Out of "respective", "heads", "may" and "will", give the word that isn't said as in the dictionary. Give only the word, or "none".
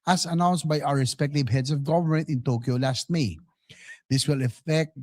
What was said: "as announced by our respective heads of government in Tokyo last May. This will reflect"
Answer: heads